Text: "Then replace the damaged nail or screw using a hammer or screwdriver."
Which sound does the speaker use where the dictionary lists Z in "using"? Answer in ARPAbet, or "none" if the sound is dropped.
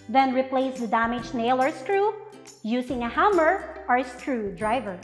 S